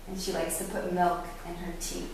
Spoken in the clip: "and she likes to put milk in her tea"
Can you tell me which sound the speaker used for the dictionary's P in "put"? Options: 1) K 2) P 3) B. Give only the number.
2